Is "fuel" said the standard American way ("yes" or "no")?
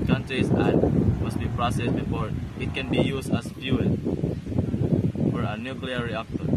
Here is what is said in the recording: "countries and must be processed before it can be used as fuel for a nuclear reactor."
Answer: no